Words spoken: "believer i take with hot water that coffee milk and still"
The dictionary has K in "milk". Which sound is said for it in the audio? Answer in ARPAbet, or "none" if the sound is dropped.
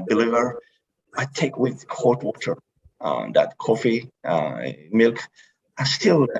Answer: K